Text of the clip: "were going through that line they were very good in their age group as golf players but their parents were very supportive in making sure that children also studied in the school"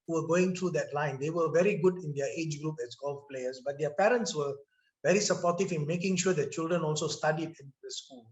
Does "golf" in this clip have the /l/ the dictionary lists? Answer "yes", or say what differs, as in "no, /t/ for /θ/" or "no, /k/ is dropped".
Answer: yes